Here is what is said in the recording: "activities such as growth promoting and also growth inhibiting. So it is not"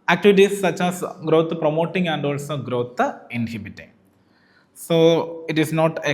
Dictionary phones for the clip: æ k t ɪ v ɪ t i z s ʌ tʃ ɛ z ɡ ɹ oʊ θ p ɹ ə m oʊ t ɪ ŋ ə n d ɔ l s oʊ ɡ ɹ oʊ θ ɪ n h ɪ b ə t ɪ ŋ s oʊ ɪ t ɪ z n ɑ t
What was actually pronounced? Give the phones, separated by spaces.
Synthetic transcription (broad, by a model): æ k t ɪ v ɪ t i s ʌ tʃ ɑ s ɡ ɹ oʊ t p ɹ ə m oʊ t ɪ ŋ ə n d ɔ l s oʊ ɡ ɹ oʊ t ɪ n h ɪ b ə t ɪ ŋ s oʊ ɪ t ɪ s n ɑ t